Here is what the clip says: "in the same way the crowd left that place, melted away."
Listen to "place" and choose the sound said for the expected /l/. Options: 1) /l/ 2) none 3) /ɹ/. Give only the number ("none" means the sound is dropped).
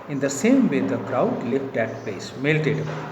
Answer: 2